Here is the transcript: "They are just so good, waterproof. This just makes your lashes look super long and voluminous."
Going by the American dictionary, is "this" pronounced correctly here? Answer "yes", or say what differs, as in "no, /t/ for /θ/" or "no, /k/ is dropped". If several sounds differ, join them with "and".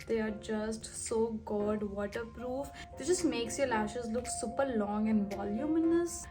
no, /s/ is dropped